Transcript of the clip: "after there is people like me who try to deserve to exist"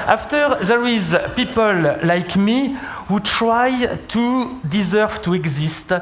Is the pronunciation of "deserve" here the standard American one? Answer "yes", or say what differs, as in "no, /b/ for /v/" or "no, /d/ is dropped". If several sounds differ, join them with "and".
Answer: yes